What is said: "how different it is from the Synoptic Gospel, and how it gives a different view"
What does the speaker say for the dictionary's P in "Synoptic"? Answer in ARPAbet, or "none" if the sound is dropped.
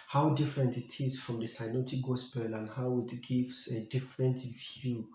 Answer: none